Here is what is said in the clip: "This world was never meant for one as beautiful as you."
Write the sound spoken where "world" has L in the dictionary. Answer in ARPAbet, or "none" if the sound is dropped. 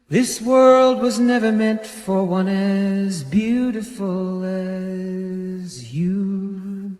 L